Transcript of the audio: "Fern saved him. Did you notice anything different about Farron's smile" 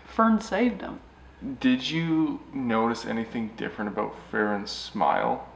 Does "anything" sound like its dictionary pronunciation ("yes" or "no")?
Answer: yes